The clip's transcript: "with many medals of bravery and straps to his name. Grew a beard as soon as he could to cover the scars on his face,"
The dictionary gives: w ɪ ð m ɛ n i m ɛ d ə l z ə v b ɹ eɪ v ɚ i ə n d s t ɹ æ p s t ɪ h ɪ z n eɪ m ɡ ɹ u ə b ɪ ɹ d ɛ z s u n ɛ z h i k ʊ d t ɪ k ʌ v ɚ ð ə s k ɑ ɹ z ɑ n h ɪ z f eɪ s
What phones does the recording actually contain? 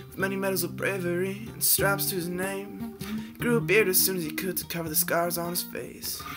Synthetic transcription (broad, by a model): w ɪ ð m ɛ n i m ɛ d l z ə v b ɹ eɪ v ɚ i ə n s t ɹ æ p s t ɪ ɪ z n eɪ m ɡ ɹ u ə b ɪ ɹ d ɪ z s u n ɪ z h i k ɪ d t ɪ k ʌ v ɚ ð ə s k ɑ ɹ z n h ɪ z f eɪ s